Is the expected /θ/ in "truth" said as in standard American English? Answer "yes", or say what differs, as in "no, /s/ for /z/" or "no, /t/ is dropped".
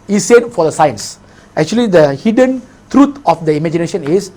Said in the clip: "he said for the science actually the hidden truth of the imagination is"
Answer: no, /t/ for /θ/